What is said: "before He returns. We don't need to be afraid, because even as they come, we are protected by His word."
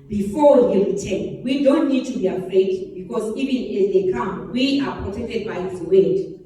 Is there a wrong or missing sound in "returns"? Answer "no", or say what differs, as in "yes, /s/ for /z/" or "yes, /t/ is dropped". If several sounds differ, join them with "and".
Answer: yes, /z/ is dropped